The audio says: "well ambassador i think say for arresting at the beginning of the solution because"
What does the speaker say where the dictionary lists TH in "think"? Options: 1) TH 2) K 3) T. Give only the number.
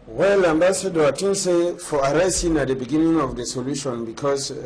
3